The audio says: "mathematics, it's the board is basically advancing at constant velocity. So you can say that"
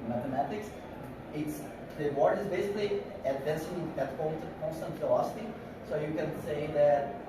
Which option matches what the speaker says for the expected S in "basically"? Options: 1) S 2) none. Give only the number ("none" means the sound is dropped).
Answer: 1